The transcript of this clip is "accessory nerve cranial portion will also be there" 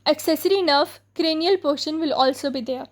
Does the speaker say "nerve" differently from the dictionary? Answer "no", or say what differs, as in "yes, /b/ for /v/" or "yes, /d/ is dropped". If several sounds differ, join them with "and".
yes, /f/ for /v/